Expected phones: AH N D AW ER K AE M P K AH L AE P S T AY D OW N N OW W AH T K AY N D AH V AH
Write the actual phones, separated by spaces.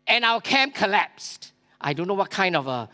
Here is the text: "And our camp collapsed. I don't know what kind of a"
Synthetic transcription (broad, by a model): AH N AW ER K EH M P K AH L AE P S T AY D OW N N OW W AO T K AY N D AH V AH